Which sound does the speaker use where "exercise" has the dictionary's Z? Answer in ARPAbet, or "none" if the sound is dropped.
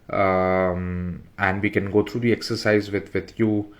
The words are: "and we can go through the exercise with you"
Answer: Z